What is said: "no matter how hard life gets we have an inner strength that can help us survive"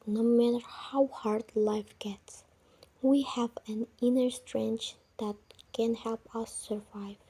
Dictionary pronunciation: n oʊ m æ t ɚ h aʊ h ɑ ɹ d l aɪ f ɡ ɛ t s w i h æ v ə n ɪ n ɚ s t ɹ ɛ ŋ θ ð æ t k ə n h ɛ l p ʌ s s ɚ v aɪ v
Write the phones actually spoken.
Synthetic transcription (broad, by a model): n oʊ m æ t ɚ h aʊ h ɑ ɹ d l aɪ f ɡ ɛ t s w i h æ v ə n ɪ n ɚ s t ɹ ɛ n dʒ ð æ t k ə n h ɛ l p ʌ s s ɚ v aɪ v